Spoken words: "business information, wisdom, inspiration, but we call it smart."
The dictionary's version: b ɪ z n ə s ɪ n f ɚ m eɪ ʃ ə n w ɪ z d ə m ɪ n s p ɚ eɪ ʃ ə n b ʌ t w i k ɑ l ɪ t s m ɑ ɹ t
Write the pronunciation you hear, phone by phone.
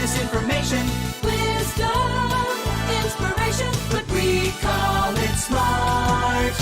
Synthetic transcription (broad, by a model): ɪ s ɪ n f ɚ m eɪ ʃ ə n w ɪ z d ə ɪ n s p ɚ eɪ ʃ ə n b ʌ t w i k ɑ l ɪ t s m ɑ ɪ